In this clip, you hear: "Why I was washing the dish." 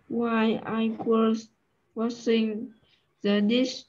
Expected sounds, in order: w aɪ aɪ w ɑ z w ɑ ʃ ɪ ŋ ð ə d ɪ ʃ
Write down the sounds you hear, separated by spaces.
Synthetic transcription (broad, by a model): w aɪ aɪ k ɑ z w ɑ s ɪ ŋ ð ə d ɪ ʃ